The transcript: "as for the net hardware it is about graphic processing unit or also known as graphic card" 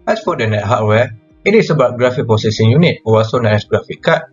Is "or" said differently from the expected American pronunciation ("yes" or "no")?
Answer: yes